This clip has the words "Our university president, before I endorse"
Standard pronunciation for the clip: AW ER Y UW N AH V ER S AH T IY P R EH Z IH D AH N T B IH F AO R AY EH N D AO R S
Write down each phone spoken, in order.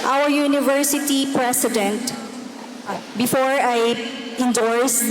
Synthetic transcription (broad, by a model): AW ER Y UW N AH V ER S AH T IY P R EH S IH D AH N T B IH F AO R AY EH N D AO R S